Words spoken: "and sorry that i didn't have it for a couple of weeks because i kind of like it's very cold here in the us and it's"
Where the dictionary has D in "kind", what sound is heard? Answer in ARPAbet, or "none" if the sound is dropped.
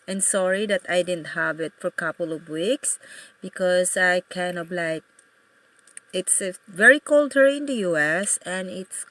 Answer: none